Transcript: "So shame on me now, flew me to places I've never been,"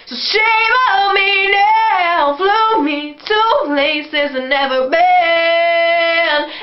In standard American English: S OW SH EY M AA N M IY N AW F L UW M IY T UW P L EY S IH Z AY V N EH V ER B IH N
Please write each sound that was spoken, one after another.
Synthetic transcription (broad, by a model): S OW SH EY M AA M IY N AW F L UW M IY T UW P L EY S IH Z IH N EH V ER B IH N